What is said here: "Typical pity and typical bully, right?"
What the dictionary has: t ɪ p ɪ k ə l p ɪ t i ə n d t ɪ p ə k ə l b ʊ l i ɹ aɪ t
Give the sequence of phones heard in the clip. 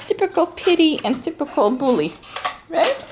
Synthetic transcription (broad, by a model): t ɪ p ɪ k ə l p ɪ t i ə n t ɪ p ə k ə l b ʊ l i ɹ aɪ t